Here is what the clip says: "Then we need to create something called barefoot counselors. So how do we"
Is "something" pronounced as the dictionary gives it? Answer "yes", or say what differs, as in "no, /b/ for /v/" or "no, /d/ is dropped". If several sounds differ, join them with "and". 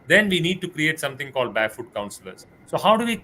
no, /t/ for /θ/